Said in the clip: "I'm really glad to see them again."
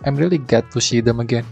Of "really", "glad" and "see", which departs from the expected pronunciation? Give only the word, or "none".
glad